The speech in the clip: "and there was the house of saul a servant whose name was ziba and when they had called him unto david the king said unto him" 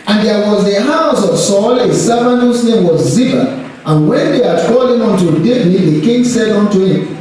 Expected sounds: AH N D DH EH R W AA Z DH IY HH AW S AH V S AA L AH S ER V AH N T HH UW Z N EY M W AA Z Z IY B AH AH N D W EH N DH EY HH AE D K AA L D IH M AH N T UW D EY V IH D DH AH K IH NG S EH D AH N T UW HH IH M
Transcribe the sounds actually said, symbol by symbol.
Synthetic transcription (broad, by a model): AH N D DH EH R W AA Z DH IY HH AW S AH V S AA L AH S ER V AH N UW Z N EY M W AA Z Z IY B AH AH N W EH N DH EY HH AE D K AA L IH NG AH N T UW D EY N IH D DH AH K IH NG S EH D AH N T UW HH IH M